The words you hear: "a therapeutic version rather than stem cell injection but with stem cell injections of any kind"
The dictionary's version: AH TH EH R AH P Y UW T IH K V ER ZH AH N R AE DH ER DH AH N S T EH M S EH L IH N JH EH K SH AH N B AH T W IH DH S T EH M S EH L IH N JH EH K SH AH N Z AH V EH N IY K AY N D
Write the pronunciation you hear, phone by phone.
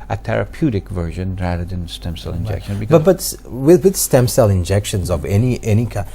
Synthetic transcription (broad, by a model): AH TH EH R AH P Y UW T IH K V ER ZH AH N R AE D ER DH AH N S T EH M S EH L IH N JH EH K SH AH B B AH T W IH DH S T EH M S EH L IH N JH EH K SH AH N Z AH V EH N IY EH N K